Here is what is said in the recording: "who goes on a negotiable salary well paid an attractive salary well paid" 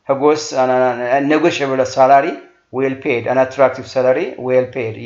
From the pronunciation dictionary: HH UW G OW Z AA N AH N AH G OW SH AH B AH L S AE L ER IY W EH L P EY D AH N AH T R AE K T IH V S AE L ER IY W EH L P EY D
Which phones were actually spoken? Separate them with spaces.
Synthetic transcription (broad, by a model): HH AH G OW S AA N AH N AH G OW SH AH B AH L S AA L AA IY W EH L P EY D AH N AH T R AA K T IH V S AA L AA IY W EH L P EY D